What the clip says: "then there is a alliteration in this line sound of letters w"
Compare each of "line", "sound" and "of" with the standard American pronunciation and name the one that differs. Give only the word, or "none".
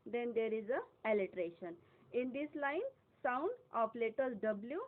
of